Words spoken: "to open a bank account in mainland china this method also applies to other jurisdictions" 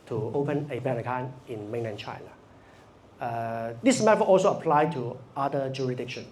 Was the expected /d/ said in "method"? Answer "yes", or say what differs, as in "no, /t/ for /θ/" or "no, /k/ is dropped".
no, /d/ is dropped